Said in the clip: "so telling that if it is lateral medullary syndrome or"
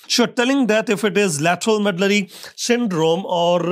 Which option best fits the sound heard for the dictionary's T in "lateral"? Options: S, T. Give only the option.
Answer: T